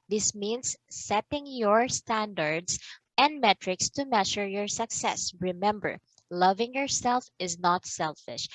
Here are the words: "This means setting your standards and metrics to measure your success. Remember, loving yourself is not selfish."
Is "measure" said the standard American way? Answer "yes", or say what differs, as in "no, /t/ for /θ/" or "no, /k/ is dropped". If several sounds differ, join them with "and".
no, /ʃ/ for /ʒ/